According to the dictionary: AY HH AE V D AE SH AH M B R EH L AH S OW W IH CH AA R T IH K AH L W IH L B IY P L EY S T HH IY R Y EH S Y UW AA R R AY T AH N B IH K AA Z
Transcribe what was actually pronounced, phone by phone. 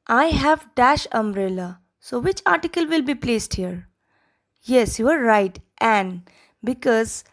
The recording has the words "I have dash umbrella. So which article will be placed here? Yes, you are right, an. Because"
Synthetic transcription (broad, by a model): AY HH AE V D AE SH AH M R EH L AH S OW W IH CH AA R T IH K AH L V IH L B IY P L EY S T HH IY R Y EH S Y UW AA R R AY T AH N B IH K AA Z